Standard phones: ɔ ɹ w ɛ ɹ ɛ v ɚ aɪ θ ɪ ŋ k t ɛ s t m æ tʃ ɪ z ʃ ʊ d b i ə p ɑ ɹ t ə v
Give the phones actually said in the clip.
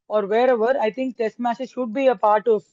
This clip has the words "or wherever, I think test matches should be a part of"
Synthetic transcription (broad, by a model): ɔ ɹ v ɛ ɹ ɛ v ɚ aɪ t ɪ ŋ k t ɛ s t m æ s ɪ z ʃ ʊ d b i ə p ɑ ɹ t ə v